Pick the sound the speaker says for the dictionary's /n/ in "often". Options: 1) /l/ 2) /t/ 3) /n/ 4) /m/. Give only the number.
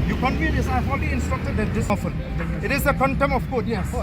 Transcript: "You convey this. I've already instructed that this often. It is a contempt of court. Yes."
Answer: 1